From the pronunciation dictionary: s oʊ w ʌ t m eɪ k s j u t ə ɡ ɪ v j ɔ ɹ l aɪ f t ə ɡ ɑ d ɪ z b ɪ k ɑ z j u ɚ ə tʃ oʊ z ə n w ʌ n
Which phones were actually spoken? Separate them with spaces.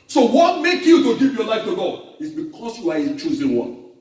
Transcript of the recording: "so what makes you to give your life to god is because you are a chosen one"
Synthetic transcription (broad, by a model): s oʊ w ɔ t m eɪ k j u t ə ɡ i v j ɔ l aɪ f t ə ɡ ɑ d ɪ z b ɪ k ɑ s j u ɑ ə tʃ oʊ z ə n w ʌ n